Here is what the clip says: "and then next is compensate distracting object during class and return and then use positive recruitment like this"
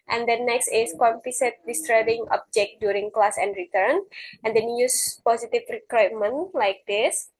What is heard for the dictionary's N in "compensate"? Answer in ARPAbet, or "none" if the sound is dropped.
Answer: none